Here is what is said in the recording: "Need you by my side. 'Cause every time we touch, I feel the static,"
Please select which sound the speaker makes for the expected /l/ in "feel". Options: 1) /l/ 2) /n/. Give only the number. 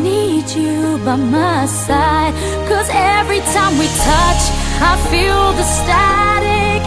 1